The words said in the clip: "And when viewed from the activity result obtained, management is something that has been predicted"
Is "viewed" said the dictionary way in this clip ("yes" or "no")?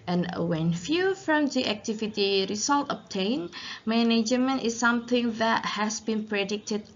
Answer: no